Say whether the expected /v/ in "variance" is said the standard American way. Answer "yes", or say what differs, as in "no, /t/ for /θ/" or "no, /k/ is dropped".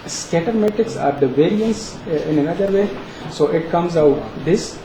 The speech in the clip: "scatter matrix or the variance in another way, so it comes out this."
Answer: yes